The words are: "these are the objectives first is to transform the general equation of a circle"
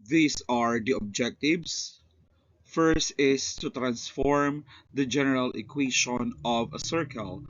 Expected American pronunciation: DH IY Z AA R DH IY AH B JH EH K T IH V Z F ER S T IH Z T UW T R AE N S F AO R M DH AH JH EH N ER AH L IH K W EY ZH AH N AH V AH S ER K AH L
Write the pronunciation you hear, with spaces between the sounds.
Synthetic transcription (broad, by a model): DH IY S AA R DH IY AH B JH EH K T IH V S F ER S T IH S T UW T R AE N S F AO R M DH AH JH EH N ER AH L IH K W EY SH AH N AH V AH S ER K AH L